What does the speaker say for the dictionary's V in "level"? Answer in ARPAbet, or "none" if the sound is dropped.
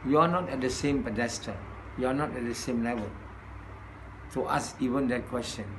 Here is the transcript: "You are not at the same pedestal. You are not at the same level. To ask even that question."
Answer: V